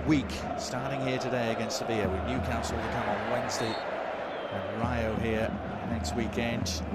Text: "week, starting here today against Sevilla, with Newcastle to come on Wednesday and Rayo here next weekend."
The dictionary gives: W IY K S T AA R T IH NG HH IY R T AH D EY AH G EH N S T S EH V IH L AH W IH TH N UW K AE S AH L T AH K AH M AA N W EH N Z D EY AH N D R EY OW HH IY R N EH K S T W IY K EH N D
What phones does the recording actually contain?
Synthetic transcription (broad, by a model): W IY K S T AA R T IH NG HH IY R T AH D EY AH G EH N S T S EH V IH AH W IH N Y UW K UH S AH L T AH K AH M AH N W EH N Z D EY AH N R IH OW HH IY R N EH K S T W IY K EH N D